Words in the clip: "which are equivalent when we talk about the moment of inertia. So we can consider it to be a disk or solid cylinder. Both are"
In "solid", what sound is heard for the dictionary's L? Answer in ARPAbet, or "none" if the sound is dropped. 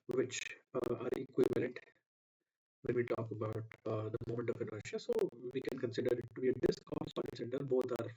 N